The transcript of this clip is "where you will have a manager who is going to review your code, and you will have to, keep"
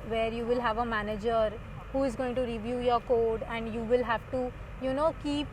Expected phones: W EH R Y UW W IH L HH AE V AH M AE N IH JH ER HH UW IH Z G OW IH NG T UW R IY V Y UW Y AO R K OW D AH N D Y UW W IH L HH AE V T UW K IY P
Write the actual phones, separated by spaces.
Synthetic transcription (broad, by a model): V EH R Y UW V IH L HH AE V AH M AE N IH JH ER HH UW IH Z G OW IH NG T UW R IY V Y UW Y AO R K OW D AH N D Y UW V IH L HH AE V T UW K IY P